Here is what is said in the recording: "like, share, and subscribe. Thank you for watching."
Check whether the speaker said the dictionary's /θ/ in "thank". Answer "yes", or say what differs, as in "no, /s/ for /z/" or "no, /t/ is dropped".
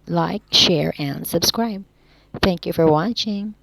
yes